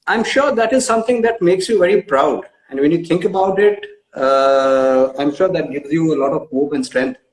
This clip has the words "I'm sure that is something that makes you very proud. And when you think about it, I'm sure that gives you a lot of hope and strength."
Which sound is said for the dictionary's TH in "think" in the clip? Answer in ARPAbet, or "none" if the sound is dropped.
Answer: T